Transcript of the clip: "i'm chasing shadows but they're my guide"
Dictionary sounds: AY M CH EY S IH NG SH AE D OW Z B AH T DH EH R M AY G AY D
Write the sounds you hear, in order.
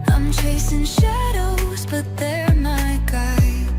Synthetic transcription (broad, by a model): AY M CH EY S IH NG SH AE D OW Z B AH T DH EH R M AY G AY